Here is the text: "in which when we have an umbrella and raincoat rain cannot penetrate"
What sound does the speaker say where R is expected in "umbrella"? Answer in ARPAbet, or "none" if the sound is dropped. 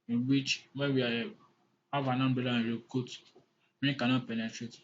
none